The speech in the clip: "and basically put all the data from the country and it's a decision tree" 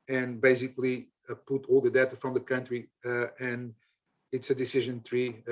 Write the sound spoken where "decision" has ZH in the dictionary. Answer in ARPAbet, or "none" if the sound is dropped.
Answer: ZH